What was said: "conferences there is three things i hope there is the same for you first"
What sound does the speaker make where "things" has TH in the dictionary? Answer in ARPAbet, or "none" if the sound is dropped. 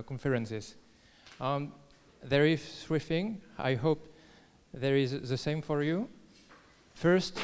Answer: F